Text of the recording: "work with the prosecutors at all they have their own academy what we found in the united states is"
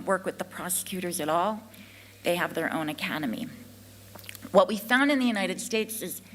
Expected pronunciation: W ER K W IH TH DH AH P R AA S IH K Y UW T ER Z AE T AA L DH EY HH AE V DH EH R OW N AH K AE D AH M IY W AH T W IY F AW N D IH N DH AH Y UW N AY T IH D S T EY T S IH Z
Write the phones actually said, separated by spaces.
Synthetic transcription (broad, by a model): W ER K W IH DH AH P R AA S IH K Y UW T ER Z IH T AA L DH EY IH V DH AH R OW N AH K AE D AH M IY W AH T W IY F AW N D IH N DH AH Y UW N AY T IH D S T EY T S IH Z